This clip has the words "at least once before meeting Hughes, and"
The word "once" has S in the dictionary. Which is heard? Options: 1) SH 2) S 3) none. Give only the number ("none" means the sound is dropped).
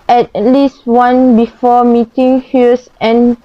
3